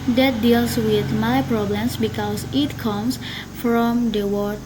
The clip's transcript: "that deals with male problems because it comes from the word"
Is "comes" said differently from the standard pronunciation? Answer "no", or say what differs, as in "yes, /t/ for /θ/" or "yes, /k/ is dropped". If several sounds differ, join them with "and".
yes, /s/ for /z/